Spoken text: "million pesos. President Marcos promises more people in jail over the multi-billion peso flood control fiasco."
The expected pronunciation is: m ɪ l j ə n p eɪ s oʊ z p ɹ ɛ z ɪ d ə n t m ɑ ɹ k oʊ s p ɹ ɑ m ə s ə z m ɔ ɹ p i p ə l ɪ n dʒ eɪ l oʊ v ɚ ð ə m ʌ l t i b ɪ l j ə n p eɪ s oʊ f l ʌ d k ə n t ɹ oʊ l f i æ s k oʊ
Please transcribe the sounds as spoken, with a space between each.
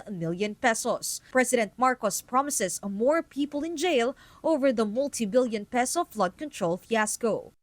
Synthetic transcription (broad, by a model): m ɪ l j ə n p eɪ s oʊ s p ɹ ɛ s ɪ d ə n t m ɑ ɹ k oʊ s p ɹ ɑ m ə s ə s m ɔ ɹ p i p ə l ɪ n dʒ eɪ l oʊ v ɚ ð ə m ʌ l t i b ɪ l j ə n p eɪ s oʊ f l ʌ d k ə n t ɹ oʊ l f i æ s k oʊ